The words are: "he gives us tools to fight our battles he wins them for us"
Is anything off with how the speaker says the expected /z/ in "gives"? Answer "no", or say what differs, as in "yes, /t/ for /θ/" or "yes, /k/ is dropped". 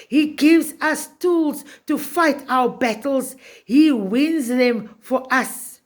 no